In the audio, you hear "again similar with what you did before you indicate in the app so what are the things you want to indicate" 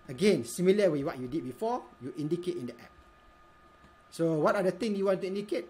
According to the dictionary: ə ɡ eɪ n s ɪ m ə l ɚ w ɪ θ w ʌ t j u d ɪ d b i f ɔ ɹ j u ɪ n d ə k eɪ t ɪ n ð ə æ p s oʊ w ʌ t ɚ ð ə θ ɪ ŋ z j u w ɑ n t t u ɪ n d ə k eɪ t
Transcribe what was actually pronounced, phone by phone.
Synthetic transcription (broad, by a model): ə ɡ eɪ n s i m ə l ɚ w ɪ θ w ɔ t j u d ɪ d b i f ɔ j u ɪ n d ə k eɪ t ɪ n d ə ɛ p s oʊ w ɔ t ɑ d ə t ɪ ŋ j u w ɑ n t t u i n d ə k eɪ t